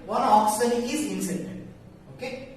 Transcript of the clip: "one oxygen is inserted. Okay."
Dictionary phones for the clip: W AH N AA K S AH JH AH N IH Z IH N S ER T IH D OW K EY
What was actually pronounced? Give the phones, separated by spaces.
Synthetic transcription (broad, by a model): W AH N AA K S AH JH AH IH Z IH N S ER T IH OW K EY